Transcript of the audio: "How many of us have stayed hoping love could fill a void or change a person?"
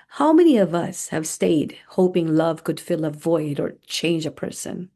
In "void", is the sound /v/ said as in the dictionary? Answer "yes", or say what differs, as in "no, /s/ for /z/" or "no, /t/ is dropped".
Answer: yes